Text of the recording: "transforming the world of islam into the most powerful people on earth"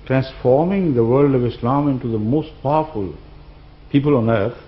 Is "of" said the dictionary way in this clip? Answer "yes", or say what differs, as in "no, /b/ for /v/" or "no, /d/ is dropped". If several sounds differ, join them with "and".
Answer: yes